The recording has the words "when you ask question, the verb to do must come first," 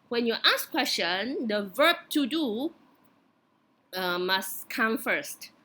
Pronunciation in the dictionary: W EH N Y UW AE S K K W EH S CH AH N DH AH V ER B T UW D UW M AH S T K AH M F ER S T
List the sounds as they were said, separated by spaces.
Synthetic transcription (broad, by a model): W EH N Y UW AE S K K W EH S CH AH N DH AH V ER B T UW D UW M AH S K AH M F ER S T